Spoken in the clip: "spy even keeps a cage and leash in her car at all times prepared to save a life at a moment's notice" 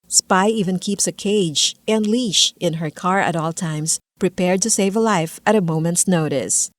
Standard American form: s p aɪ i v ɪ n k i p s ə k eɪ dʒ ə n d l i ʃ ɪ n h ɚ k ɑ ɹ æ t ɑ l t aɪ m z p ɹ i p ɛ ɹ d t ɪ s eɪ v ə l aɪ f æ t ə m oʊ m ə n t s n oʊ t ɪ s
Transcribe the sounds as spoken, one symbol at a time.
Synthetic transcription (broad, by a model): s p aɪ i v ɪ n k i p s ə k eɪ dʒ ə n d l i ʃ ɪ n h ɚ k ɑ ɹ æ t ɑ l t aɪ m s p ɹ i p ɛ ɹ d t ɪ s eɪ v ə l aɪ f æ t ə m oʊ m ə n t s n oʊ t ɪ s